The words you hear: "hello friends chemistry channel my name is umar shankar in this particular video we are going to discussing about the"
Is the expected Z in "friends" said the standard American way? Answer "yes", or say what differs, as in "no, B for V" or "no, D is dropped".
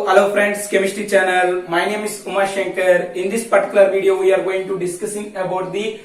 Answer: no, S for Z